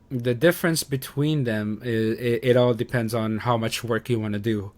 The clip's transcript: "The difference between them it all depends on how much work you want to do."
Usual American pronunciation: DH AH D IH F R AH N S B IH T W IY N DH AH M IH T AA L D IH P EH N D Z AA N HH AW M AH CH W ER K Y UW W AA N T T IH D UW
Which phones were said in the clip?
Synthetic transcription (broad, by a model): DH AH D IH F R AH N S B IH T W IY N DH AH M IH T AA L D IH P EH N D Z N HH AW M AH CH W ER K Y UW W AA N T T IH D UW